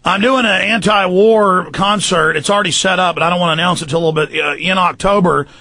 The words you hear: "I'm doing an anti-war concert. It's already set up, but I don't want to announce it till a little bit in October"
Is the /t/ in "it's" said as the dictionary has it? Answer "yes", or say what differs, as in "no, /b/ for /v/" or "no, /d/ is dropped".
yes